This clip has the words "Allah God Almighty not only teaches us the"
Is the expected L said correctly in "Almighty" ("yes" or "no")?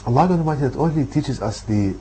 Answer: no